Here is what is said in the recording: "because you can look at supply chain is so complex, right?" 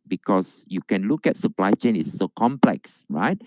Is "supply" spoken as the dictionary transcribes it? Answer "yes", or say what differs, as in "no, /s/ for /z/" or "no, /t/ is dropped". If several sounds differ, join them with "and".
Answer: yes